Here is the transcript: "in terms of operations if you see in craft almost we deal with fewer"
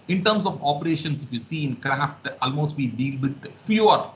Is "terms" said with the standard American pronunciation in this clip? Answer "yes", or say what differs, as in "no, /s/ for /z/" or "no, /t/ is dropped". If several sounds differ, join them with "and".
no, /s/ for /z/